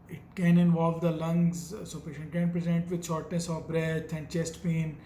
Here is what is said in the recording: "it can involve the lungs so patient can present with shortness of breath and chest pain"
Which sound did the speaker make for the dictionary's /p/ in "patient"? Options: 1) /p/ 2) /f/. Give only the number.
2